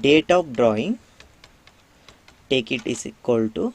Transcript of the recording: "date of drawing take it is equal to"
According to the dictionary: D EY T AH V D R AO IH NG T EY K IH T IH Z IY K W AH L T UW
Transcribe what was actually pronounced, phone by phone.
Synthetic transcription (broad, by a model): D EY T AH P D R AO IH NG T EY K IH T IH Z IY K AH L T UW